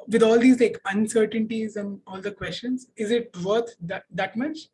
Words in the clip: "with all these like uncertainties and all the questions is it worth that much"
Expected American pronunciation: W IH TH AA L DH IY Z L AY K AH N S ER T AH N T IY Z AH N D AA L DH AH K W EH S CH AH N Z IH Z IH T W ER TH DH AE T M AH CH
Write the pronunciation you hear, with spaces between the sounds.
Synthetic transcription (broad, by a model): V IH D AA L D IY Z L AY K AH N S ER T AH N T IY Z AH N D AA L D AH K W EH S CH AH N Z IH Z IH T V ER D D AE T M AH CH